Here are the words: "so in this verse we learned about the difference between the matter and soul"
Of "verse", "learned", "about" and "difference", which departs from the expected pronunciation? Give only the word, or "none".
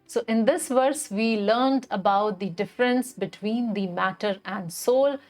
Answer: none